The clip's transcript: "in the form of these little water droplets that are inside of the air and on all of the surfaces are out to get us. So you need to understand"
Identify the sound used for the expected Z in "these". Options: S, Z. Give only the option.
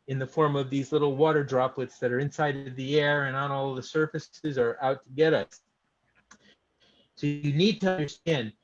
Z